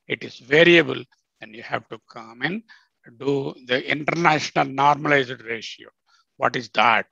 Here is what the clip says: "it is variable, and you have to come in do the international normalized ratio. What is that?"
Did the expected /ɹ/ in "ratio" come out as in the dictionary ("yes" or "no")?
yes